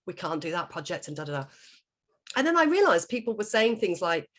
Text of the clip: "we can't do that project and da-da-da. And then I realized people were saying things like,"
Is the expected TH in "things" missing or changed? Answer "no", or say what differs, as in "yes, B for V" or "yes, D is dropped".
no